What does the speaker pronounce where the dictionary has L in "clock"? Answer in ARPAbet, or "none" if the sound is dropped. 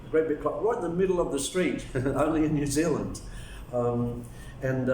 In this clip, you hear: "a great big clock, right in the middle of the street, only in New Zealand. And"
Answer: none